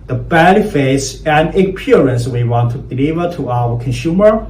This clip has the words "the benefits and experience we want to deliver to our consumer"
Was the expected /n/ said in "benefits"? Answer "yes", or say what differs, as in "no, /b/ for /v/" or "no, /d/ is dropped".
no, /l/ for /n/